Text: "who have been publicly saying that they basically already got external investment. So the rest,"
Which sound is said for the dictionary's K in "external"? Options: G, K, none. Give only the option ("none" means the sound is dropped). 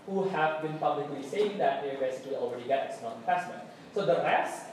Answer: none